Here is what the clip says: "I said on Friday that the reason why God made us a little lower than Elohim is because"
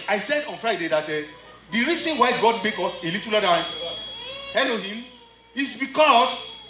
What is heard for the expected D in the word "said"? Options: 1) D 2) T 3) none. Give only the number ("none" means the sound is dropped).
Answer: 1